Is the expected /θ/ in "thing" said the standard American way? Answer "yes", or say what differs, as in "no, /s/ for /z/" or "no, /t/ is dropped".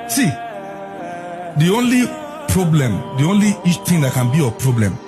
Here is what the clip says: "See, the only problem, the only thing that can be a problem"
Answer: no, /t/ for /θ/